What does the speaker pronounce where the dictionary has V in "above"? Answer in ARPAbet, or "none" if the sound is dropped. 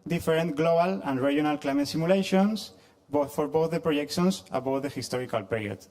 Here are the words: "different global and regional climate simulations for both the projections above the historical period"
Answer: W